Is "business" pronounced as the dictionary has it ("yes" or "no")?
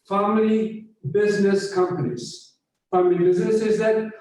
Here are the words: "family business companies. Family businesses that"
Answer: yes